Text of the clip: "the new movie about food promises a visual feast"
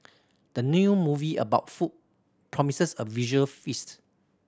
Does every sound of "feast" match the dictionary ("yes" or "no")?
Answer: yes